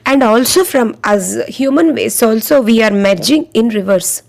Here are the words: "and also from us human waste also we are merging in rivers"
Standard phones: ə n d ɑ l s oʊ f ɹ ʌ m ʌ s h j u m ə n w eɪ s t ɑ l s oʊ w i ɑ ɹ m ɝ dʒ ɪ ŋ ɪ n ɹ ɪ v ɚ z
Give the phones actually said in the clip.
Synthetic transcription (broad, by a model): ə n d ɑ l s oʊ f ɹ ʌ m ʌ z h j u m ə n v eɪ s ɑ l s oʊ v i ɑ ɹ m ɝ dʒ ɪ ŋ ɪ n ɹ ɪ v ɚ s